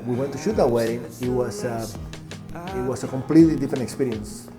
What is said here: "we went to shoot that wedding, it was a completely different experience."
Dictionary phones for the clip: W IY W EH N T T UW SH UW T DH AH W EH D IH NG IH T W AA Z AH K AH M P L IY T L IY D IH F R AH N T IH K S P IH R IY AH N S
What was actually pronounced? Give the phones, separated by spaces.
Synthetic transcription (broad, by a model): W IY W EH N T T UW SH UW T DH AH W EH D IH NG IH T W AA S AH K AH M P L IY T L IY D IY F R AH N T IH K S P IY R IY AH N S